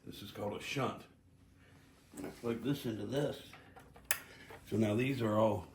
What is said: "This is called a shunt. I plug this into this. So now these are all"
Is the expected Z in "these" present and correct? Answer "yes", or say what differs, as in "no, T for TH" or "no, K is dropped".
yes